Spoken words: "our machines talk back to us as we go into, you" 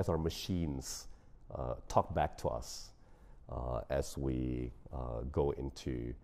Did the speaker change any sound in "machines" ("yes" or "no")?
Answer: no